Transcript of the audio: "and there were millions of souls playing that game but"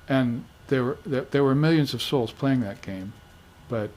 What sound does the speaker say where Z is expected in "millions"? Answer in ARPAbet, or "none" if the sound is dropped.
Z